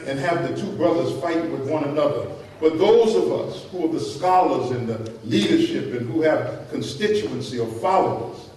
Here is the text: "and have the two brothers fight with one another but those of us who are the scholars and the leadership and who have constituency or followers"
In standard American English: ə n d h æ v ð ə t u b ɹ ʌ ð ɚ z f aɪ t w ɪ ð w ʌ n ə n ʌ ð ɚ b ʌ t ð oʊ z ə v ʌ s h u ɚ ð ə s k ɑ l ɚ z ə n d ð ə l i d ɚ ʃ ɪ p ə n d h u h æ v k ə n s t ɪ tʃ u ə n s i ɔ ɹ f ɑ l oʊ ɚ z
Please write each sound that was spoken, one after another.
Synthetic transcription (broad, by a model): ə n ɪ v ð ə t u b ɹ ʌ ð ɚ z f aɪ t w ɪ ð w ʌ n ə n ʌ ð ɚ b ʌ t ð oʊ z ə v ʌ s h u ɚ ð ə s k ɑ l ɚ z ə n ð ə l i d ɚ ʃ ɪ p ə n h u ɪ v k ə n s t ɪ tʃ u ə n s i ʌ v f ɑ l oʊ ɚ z